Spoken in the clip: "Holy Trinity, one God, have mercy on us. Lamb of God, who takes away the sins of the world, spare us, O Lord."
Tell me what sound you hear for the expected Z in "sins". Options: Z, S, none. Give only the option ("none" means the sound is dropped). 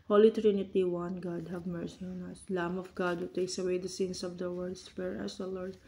S